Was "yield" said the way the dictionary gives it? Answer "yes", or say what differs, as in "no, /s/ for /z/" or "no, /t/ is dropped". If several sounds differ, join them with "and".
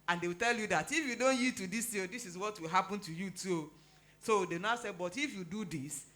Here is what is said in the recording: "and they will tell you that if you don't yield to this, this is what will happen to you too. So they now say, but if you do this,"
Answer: no, /l/ is dropped